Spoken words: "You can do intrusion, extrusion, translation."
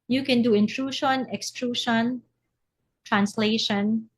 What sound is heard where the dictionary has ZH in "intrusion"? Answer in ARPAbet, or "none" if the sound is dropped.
SH